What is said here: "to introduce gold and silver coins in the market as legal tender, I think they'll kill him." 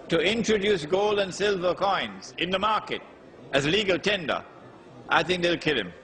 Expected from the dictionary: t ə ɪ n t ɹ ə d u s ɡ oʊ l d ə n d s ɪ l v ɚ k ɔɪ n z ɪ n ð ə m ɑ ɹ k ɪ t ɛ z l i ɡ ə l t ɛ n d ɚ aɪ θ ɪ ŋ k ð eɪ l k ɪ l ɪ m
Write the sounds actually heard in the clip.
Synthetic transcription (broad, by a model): t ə ɪ n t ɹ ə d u s ɡ oʊ l d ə n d s ɪ l v ɚ k ɔɪ n z ɪ n ð ə m ɑ ɹ k ɪ t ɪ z l i ɡ ə l t ɛ n d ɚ aɪ θ ɪ ŋ k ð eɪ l k ɪ l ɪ m